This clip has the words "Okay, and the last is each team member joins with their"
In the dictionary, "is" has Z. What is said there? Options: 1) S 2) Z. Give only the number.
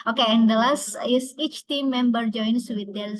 1